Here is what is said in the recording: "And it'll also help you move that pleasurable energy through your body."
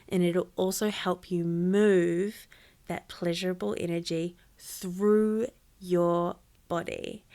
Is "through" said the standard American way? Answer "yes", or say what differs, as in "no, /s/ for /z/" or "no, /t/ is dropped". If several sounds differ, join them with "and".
yes